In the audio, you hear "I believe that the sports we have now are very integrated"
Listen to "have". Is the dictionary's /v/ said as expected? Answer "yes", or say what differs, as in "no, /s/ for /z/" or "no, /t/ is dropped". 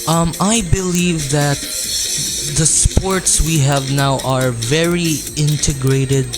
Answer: yes